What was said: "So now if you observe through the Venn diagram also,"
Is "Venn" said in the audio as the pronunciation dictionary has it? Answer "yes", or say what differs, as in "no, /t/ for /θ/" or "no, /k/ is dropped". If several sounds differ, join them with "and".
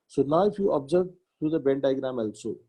no, /b/ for /v/